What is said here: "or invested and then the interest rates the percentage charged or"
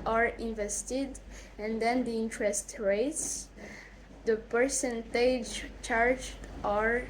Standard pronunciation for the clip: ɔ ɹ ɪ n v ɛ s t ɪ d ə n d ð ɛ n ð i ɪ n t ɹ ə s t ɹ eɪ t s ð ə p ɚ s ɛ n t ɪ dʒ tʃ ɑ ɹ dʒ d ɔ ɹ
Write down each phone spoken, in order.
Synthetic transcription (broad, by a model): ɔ ɹ ɪ n v ɛ s t ɪ d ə n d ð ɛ n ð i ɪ n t ɹ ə s t ɹ eɪ t s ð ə p ɚ s ɛ n t ɪ dʒ tʃ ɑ ɹ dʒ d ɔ ɹ